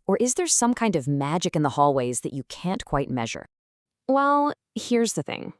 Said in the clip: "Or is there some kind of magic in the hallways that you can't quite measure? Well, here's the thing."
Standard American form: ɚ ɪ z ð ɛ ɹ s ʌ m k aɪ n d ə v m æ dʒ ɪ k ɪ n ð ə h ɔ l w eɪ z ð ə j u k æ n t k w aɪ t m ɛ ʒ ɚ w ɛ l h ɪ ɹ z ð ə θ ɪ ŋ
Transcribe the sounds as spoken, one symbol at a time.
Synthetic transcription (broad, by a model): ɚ ɪ z ð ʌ ɹ s ʌ m k aɪ n d ə v m æ dʒ ɪ k ɪ n ð ə h ɔ l w eɪ z ð ə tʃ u k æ n k w aɪ t m ɛ ʒ ɚ w ɛ l h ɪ ɹ z ð ə θ ɪ ŋ